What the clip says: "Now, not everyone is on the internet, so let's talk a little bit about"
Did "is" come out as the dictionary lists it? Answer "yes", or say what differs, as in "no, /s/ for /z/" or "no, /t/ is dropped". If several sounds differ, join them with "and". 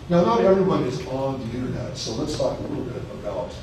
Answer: yes